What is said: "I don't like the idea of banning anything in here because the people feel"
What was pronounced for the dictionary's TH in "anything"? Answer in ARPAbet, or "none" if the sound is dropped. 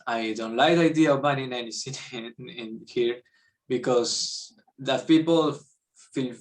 S